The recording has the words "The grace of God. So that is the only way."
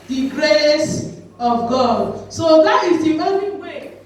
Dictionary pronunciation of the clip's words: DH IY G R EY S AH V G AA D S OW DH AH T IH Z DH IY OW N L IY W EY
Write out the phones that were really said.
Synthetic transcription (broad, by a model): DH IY G R EY S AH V G AA D S OW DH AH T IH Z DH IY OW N IY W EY